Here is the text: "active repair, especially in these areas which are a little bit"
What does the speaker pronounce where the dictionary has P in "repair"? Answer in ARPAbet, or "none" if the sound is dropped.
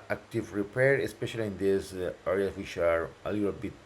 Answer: P